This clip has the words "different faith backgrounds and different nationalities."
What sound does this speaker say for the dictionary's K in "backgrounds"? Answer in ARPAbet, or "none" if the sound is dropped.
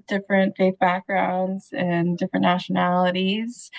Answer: K